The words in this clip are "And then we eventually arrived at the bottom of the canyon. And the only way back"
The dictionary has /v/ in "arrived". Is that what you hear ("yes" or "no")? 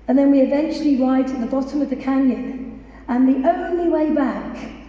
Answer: no